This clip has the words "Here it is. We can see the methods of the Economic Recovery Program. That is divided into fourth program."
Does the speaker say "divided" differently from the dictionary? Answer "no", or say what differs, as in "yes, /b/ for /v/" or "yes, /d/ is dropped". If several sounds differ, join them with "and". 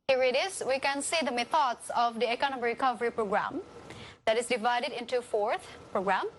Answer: no